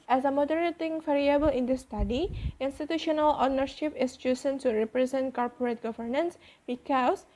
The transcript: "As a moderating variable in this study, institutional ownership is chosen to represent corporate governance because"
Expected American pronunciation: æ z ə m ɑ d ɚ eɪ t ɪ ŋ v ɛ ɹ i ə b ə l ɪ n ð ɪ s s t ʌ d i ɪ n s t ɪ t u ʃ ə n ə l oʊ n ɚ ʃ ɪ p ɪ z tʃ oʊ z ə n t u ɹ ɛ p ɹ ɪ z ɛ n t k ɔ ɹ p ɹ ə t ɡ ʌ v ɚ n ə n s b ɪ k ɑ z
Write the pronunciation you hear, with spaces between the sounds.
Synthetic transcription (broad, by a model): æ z ə m ɑ d ɚ eɪ t ɪ ŋ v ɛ ɹ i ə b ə l ɪ n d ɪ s s t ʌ d i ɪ n s t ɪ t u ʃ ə n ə l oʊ n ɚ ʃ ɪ p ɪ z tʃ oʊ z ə n s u ɹ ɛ p ɹ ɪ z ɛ n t k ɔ ɹ p ɹ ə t ɡ ʌ v ɚ n ə n s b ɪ k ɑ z